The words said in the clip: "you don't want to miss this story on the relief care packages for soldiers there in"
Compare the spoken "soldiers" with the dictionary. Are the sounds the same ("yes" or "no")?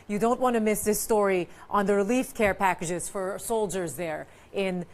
yes